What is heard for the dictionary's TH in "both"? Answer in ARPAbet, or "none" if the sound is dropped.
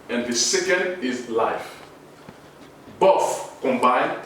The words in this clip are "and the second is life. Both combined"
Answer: F